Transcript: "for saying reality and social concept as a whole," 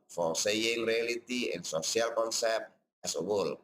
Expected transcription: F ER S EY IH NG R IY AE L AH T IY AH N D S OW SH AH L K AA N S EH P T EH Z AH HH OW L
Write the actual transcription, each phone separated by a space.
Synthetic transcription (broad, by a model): F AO S EY IH NG R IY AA L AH T IY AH N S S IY AH L K AA N S EH P T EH S AH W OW L